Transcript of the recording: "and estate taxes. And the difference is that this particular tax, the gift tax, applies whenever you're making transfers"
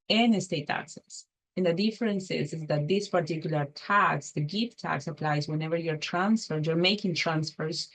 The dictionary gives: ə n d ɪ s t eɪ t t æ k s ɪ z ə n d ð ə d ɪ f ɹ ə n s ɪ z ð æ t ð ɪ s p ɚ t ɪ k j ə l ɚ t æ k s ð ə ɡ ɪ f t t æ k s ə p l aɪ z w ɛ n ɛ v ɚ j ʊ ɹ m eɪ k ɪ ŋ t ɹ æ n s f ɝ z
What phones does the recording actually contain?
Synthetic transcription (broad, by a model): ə n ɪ s t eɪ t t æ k s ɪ s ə n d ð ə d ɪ f ɹ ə n s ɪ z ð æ t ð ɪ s p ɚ t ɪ k j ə l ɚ t æ k s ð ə ɡ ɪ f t t æ k s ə p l aɪ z w ɛ n ɛ v ɚ j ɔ ɹ m eɪ k ɪ ŋ t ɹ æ n s f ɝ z